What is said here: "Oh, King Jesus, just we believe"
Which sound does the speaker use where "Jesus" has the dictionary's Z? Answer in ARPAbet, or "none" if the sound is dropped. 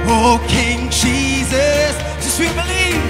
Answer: Z